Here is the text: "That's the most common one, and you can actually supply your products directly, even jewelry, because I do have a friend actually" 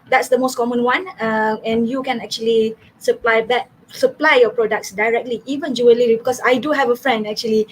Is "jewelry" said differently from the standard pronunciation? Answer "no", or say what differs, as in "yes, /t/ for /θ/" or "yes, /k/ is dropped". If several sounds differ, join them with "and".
yes, /l/ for /ɹ/